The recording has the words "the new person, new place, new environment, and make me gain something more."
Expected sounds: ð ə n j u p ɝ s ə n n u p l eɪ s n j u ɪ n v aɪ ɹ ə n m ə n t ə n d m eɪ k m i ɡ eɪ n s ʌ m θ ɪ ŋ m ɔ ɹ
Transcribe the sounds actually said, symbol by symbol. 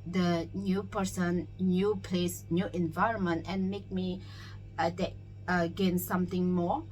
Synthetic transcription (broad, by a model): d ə n j u p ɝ s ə n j u p l eɪ s n j u ɪ n v aɪ ɹ ə n m ə n t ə n m eɪ k m i ɡ eɪ n s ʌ m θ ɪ ŋ m ɔ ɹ